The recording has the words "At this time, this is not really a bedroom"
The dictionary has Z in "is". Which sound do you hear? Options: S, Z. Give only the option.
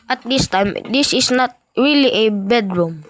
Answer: S